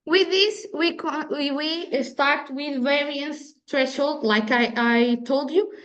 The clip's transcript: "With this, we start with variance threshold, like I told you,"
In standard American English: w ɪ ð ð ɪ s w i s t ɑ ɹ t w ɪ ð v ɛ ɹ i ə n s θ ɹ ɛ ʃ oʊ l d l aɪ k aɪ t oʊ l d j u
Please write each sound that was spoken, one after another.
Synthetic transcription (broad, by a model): w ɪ ð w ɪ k w i s t ɑ ɹ t w ɪ ð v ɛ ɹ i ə s t ɹ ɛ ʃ oʊ l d l aɪ k aɪ t oʊ l d j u